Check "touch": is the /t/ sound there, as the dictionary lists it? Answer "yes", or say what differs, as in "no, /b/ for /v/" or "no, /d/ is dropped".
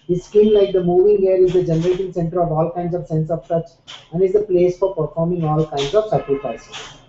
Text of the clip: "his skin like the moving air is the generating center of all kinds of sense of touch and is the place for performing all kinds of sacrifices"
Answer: no, /s/ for /t/